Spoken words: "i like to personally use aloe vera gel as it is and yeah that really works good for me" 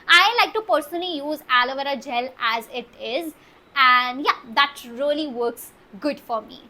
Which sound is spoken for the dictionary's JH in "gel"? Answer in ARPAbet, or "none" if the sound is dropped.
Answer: JH